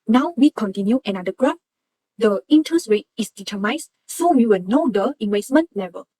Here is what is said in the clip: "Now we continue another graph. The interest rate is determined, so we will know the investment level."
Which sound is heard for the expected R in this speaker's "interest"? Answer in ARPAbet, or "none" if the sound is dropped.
none